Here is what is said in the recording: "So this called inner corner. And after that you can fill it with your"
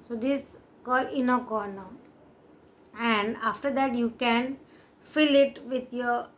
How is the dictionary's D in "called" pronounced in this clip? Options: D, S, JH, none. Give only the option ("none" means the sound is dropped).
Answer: none